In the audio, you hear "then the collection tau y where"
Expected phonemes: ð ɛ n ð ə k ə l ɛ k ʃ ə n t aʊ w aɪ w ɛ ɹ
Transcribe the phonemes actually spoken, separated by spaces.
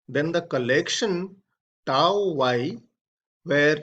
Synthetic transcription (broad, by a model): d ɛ n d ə k ə l ɛ k ʃ ə n t aʊ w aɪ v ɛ ɹ